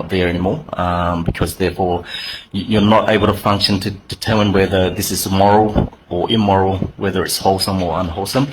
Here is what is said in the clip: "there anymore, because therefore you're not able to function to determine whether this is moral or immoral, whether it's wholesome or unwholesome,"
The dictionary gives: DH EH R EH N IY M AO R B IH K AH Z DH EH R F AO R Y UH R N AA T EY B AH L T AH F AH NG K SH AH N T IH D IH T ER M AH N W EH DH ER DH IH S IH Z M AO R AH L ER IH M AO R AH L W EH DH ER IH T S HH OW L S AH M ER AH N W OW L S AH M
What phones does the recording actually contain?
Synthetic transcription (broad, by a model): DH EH R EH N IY M AO R B IH K AH Z DH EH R F AO R Y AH R N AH T EY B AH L T AH F AH NG K SH AH N T IH D IH T ER M AH N W EH DH ER DH IH S IH Z M AO R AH L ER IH M AO R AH L W EH DH ER IH T S HH OW L S AH M ER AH N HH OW L S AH M